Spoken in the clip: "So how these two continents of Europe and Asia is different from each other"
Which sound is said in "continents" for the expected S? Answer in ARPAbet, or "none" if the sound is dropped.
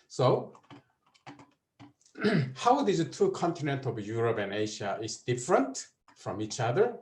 none